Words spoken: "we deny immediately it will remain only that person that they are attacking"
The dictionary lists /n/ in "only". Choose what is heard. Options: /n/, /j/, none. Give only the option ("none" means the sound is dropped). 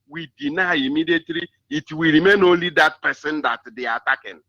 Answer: none